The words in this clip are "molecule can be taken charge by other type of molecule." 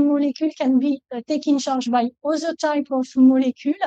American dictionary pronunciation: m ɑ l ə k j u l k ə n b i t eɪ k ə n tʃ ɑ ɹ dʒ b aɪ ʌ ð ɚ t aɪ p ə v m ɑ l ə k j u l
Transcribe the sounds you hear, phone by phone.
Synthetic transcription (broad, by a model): m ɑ l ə k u l k ə n b i t eɪ k ə n ʃ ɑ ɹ ʒ b aɪ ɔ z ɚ t aɪ p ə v m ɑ l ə k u l